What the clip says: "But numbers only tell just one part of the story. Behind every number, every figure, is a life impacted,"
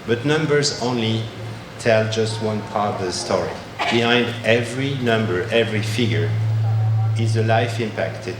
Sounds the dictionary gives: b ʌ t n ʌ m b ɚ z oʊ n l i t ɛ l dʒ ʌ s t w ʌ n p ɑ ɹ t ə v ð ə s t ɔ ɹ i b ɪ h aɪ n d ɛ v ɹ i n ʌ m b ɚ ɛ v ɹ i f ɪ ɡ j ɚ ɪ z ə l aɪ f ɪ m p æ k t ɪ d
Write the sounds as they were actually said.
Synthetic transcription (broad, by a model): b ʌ t n ʌ m b ɚ z oʊ n l i t ɛ l dʒ ʌ s t w ʌ n p ɑ ɹ t ə v ð ə s t ɔ ɹ i b ɪ h aɪ n d ɛ v ɹ i n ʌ m b ɚ ɛ v ɹ i f ɪ ɡ j ɚ ɪ z ə l aɪ f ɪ m p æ k t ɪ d